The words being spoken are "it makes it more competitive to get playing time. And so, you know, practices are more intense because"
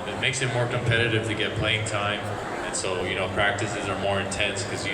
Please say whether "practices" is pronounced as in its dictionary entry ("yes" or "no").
yes